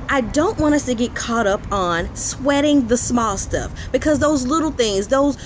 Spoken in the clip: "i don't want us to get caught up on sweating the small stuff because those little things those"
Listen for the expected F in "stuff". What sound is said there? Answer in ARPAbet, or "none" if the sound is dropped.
F